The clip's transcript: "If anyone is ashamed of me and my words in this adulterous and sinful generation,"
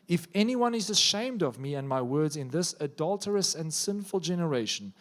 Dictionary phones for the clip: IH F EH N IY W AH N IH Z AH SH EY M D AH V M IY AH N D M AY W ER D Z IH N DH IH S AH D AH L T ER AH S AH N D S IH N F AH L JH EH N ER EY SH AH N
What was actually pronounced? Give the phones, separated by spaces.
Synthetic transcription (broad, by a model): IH F EH N IY W AH N IH Z AH SH EY M D AH V M IY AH N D M AY W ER D Z IH N DH IH S AH D AH L T ER AH S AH N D S IH N F AH L JH EH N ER EY SH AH N